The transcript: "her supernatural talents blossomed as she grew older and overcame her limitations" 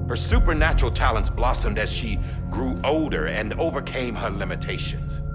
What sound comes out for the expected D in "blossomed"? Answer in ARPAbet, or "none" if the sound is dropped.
D